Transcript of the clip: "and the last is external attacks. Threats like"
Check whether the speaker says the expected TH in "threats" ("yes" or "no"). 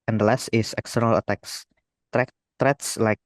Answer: no